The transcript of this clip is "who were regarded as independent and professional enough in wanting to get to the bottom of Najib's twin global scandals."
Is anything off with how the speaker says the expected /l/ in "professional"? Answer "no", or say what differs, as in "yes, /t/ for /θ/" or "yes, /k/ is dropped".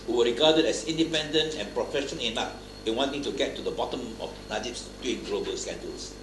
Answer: yes, /n/ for /l/